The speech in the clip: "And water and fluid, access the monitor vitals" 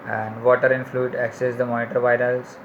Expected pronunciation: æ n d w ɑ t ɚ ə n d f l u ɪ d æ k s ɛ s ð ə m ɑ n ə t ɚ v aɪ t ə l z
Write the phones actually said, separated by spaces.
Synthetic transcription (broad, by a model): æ n d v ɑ t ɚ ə n f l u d æ k s ɛ s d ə m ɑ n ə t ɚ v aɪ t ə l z